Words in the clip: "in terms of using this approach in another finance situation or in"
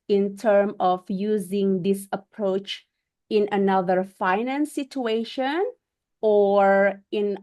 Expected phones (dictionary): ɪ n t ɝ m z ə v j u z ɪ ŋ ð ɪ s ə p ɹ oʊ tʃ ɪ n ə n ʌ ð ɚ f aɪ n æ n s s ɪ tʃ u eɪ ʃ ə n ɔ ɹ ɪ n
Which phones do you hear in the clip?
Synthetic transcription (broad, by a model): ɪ n t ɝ m ə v j u z ɪ ŋ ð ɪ s ə p ɹ oʊ tʃ ɪ n ə n ʌ ð ɚ f aɪ n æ n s s ɪ tʃ u eɪ ʃ ə n ɔ ɹ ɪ n